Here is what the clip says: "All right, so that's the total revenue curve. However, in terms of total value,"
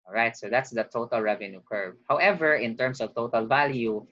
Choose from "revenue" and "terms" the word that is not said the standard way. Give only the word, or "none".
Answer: terms